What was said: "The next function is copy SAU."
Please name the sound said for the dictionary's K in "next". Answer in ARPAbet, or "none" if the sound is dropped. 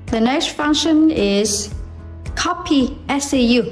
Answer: none